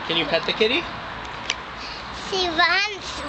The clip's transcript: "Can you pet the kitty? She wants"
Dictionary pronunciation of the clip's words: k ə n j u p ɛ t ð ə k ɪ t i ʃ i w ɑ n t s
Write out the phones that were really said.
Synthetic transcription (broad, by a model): k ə n j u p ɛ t ð ə k ɪ t i s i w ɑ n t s